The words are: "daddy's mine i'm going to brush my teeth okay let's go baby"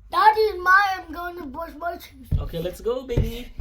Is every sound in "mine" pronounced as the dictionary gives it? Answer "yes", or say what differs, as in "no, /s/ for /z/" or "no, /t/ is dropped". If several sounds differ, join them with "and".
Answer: no, /n/ is dropped